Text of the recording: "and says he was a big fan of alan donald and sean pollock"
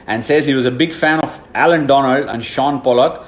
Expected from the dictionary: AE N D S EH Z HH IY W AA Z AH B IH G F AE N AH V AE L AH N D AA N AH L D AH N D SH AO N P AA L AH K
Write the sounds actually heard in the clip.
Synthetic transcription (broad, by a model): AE N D S EH Z HH IY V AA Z AH B IH G F AE N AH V AE L AH N D AA N AH L D AH N D SH AO N P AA L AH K